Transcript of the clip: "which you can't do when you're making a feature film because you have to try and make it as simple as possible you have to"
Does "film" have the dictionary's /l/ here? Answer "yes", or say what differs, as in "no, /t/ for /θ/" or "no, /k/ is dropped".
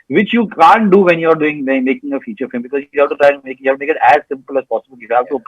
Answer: no, /l/ is dropped